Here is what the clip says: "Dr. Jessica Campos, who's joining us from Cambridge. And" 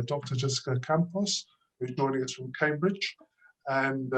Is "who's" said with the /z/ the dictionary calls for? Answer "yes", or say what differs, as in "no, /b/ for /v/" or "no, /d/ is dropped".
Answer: no, /z/ is dropped